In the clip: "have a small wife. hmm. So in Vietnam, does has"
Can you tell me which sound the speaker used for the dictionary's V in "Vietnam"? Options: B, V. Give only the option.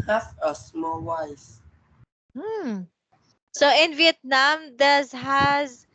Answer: V